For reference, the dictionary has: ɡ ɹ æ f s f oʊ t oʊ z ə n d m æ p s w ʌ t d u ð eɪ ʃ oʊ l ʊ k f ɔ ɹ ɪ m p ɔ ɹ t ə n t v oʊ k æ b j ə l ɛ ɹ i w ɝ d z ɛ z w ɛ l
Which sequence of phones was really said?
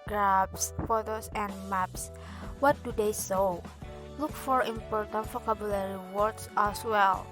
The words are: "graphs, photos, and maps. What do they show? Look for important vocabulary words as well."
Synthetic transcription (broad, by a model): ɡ ɹ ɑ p s f oʊ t oʊ s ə n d m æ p s w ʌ t d u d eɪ s oʊ l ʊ k f ɔ ɹ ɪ m p ɔ ɹ t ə n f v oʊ k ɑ b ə l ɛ ɹ i w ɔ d s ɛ s w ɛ l